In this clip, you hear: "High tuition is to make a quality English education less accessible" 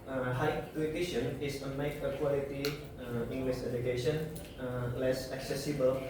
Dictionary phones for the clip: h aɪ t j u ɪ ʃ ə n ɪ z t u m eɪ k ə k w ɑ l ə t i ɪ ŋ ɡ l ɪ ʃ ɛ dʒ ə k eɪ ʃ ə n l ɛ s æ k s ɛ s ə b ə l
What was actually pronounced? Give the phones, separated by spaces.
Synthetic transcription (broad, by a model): h aɪ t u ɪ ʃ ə n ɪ s t u m eɪ k ə k w ɑ l ə t i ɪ ŋ ɡ l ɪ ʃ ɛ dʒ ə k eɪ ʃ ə n l ɛ s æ k s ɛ s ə b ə l